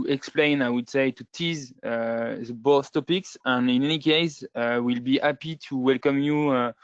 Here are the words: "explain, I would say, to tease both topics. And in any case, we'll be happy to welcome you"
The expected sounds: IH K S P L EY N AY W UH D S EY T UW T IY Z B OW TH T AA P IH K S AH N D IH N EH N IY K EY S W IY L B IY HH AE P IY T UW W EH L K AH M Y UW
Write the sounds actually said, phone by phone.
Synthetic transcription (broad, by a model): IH K S P L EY N AY W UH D S EY T UW T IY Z B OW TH T AA P IH K S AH N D IH N EH N IY K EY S W IY L B IY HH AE P IY T UW W EH L K AH M Y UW